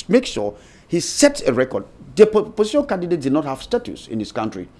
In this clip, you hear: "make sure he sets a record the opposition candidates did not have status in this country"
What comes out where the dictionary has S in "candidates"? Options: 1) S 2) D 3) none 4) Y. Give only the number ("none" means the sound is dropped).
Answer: 3